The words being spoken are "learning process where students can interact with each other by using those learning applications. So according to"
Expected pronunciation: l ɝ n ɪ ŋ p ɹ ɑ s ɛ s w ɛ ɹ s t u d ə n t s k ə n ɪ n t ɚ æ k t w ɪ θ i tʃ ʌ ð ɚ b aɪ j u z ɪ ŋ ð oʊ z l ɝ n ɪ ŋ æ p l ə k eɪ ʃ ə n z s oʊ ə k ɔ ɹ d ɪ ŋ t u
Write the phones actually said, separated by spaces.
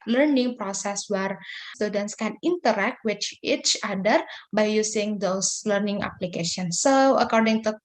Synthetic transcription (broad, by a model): l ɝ n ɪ ŋ p ɹ ɑ s ɛ s w ɛ ɹ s t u d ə n t s k ə n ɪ n t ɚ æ k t w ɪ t i tʃ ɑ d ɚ b aɪ j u s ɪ ŋ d oʊ s l ɝ n ɪ ŋ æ p l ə k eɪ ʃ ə n s oʊ ə k ɔ ɹ d ɪ ŋ t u